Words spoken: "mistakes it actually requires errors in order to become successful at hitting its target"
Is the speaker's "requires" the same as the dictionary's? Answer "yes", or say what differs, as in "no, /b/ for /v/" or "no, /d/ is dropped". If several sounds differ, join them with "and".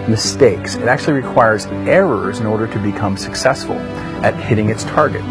yes